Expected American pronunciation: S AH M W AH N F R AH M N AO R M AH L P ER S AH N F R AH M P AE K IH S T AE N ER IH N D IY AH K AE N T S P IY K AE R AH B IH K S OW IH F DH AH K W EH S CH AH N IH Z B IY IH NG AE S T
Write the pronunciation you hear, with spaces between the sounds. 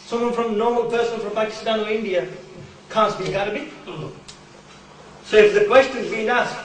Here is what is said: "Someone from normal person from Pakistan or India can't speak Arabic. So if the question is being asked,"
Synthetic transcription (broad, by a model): S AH M W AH N F R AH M N AO R M AH L P ER S AH N F R AH M P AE K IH S T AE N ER IH N D IY AH K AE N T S B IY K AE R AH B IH S OW IH F DH AH K W EH S CH AH N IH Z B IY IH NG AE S